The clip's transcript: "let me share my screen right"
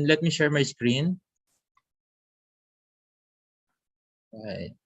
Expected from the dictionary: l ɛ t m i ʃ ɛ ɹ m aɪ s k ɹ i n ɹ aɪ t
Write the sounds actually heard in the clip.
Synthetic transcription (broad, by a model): l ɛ t m i ʃ ɛ ɹ m aɪ s k ɹ i n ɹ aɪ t